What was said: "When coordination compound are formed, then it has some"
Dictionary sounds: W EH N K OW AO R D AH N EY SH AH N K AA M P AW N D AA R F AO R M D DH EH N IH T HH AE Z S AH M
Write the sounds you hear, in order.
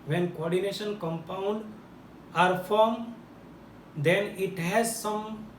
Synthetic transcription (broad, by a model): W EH N K OW AO R D AH N EY SH AH N K AA M P AW N D AA R F AO R M D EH N IH T HH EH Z S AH M